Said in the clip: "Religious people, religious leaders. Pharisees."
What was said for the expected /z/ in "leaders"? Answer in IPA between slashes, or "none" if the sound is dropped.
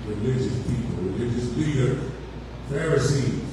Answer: none